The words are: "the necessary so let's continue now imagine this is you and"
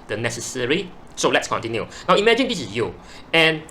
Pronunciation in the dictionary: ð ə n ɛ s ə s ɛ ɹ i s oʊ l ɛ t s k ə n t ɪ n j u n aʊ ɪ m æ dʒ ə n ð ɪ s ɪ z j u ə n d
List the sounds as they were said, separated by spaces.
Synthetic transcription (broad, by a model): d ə n ɛ s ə s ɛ ɹ i s oʊ l ɛ t s k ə n t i n j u n aʊ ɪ m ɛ dʒ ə n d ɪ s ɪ s j u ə n